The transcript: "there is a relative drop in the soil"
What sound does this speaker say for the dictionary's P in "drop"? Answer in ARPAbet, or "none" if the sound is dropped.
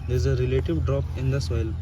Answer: P